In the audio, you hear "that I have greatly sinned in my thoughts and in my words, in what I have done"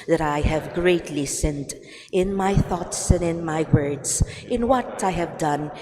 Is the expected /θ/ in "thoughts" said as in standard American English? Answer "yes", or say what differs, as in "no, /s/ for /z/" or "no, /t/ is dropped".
yes